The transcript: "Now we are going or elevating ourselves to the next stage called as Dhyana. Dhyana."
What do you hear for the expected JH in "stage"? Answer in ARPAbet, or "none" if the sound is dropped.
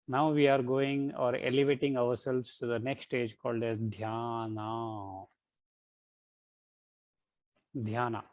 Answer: JH